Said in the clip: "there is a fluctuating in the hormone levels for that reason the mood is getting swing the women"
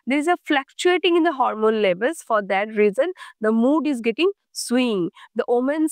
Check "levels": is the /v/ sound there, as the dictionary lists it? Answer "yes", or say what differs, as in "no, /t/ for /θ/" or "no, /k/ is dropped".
no, /b/ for /v/